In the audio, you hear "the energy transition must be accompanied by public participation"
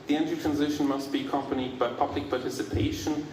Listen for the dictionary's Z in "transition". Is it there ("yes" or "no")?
yes